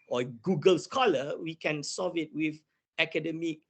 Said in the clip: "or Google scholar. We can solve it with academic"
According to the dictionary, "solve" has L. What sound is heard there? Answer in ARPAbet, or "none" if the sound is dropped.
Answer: none